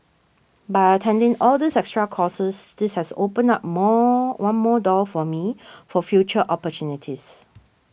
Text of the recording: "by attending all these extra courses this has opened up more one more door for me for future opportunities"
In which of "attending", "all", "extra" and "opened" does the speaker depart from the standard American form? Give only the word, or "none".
opened